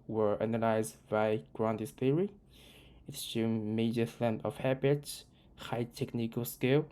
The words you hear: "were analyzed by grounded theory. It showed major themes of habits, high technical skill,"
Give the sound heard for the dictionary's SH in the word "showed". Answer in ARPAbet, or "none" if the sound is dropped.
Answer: S